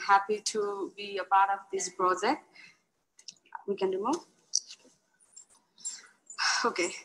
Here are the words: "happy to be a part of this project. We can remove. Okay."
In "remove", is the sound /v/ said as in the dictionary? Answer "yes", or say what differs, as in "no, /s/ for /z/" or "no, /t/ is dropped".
no, /v/ is dropped